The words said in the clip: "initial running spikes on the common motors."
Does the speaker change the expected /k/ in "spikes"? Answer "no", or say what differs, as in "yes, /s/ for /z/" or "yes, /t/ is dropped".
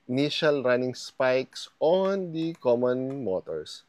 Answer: no